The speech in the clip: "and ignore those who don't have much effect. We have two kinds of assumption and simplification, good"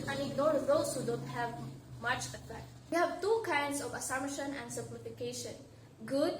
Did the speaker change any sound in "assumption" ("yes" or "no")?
yes